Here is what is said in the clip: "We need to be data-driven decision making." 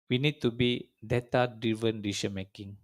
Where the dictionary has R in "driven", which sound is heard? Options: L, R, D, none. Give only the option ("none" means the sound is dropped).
none